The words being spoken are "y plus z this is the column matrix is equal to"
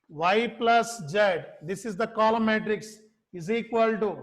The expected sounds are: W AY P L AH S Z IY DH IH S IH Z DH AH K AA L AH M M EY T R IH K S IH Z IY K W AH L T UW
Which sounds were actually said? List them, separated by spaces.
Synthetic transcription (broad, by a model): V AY P L AH S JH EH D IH S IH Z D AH K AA L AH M M EY T R IH K S IH Z IY K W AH L T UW